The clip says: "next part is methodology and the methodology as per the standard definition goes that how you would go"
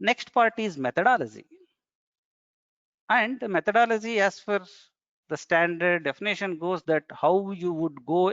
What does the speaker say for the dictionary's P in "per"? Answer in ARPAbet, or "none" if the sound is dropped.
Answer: F